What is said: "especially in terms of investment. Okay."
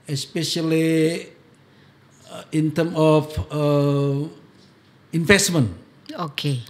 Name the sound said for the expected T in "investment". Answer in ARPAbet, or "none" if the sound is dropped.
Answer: none